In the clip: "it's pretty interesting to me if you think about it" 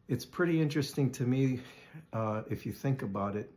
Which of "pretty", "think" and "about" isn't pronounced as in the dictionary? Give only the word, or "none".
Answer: none